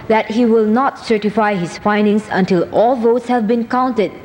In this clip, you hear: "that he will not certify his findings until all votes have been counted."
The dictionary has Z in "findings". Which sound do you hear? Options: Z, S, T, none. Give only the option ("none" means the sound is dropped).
S